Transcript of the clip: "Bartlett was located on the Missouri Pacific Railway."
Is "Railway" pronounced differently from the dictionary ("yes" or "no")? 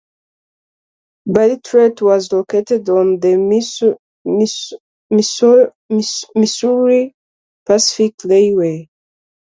yes